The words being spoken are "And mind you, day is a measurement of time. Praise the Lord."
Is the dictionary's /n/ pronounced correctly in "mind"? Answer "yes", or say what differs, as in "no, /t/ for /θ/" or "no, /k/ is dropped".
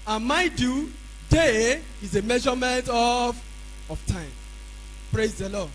no, /n/ is dropped